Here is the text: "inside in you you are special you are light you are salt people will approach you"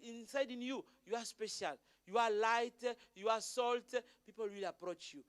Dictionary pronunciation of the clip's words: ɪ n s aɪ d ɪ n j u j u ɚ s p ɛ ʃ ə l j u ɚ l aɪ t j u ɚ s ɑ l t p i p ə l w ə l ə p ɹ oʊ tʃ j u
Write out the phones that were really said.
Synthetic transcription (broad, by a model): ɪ n s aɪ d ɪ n j u j u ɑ s p ɛ ʃ ə l j u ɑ l aɪ t j u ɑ s ɑ l t p i p ə l w ə l ə p ɹ oʊ tʃ j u